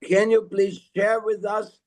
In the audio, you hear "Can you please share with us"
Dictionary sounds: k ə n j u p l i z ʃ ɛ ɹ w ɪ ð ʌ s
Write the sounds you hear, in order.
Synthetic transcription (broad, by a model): k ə n j u p l i z ʃ ɛ ɹ w ɪ ð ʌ s